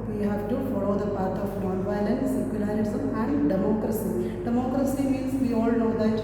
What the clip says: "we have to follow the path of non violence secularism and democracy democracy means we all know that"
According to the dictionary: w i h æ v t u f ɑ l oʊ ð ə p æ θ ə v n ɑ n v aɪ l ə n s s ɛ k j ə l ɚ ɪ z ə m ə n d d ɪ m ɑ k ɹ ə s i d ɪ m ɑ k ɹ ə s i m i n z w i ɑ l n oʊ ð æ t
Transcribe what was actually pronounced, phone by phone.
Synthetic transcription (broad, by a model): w i h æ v t u f ɑ l oʊ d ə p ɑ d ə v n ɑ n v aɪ l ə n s s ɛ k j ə l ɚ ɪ s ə ə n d d ɪ m ɑ k ɹ ə s i d ɪ m ɑ k ɹ ə s i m i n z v i ɑ l n oʊ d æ t